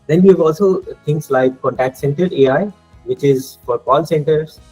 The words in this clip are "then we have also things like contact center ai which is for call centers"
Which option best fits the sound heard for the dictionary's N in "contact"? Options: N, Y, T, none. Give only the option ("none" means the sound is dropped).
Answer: N